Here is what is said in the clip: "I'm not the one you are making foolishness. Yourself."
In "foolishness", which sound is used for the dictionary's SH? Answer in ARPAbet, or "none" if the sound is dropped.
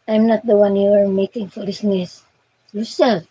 S